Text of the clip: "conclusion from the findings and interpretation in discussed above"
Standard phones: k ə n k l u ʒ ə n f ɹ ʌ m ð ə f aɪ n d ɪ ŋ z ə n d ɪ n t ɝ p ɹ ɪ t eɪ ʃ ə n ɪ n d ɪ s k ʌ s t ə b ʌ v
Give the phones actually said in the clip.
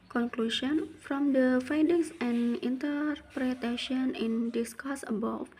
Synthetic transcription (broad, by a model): k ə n k l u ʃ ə n f ɹ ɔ m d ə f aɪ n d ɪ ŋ s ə n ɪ n t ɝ p ɹ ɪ t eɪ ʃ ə n ɪ n d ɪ s k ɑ s ə b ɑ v